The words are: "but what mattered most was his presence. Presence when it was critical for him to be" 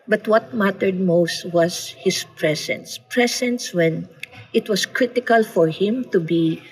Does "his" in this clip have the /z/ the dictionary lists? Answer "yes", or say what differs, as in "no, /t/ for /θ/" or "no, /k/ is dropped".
no, /s/ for /z/